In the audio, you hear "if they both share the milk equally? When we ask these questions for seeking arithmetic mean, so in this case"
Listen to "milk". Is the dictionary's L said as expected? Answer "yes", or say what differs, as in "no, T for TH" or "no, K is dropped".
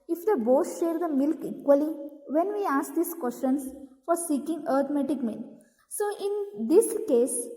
yes